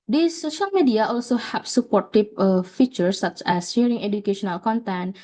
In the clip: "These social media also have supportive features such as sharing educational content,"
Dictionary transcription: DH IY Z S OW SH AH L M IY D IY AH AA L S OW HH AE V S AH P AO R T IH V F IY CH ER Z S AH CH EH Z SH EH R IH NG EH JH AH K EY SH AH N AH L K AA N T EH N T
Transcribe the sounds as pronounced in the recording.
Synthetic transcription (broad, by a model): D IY S OW SH AH L M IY D IY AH AA L S OW HH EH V S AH P AO T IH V F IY CH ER S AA CH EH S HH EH R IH NG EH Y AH K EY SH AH N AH L K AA N T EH N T